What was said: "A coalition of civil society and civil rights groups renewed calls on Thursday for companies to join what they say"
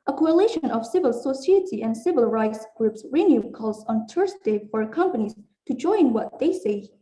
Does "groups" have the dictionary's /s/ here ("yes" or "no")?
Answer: yes